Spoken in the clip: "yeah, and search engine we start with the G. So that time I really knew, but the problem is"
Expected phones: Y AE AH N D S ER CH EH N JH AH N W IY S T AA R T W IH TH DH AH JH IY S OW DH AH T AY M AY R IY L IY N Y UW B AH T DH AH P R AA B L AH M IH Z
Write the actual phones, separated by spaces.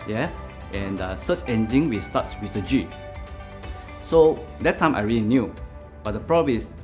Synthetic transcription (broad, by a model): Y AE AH N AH S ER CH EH N JH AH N W IY S T AA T W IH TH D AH JH IY S OW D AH T AY M AY R IY L IY N Y UW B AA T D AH P R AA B AH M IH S